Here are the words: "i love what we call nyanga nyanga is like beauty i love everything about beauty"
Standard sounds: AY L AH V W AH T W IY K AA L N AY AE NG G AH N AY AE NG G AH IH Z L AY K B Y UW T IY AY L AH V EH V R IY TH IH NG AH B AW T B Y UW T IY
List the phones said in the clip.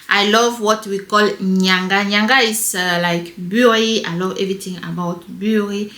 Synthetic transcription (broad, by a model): AY L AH V W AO T W IY K AA L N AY NG G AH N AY NG G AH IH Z L AY K B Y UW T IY AY L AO V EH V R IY T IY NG AH B AW T B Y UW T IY